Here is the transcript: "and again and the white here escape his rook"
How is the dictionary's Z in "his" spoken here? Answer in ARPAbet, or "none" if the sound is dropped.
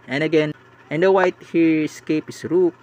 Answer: S